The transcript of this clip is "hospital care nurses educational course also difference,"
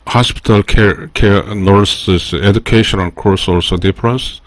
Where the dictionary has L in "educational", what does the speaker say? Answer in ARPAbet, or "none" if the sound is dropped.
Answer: N